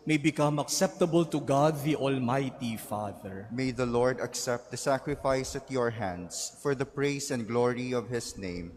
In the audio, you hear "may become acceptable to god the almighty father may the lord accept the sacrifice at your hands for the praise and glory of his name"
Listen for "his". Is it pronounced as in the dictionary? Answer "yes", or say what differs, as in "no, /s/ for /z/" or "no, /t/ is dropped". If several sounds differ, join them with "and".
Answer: no, /s/ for /z/